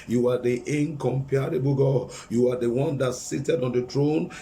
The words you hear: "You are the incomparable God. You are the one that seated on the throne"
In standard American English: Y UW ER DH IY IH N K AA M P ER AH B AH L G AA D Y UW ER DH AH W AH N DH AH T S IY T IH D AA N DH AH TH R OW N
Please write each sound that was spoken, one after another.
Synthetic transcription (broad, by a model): Y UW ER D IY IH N K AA M P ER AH B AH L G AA Y UW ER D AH W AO N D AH T S IY T IH D AA N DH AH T R OW N